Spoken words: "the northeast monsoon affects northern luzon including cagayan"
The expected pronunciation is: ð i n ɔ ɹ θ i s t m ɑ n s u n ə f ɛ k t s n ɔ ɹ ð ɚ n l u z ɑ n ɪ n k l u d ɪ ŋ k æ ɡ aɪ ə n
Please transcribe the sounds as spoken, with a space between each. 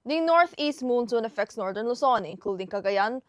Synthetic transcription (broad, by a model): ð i n ɔ ɹ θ i s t m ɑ n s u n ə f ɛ k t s n ɔ ɹ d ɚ n l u s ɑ n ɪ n k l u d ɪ ŋ k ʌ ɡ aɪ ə n